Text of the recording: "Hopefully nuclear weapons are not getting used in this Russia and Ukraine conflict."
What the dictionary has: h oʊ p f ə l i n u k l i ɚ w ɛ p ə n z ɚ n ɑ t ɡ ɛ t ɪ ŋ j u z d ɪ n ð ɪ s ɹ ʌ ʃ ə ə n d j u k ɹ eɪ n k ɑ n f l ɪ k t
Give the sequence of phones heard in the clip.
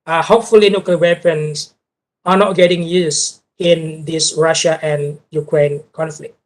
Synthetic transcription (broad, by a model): h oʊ p f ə l i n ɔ k i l w ɛ p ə n s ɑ n ɑ t ɡ ɛ t ɪ ŋ j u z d ɪ n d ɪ s ɹ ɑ ʃ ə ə n j u k ɹ eɪ n k ɑ n f l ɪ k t